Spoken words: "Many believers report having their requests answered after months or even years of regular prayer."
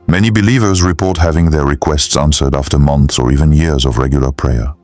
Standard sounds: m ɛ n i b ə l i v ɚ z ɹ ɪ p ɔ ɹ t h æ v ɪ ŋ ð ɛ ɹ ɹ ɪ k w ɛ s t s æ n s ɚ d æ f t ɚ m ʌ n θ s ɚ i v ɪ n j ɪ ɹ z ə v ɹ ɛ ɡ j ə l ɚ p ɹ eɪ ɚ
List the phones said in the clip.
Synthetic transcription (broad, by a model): m ɛ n i b ə l i v ɚ z ɹ ɪ p ɔ ɹ t h æ v ɪ ŋ ð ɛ ɹ ɹ ɪ k w ɛ s t s æ n s ɚ d æ f t ɚ m ʌ n θ s ɚ i v ɪ n j ɪ ɹ z ə v ɹ ɛ ɡ j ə l ɚ p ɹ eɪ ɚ